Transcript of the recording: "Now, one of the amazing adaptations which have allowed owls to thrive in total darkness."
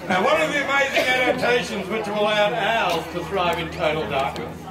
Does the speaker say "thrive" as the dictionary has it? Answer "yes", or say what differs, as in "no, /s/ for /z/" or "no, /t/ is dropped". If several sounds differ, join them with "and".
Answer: yes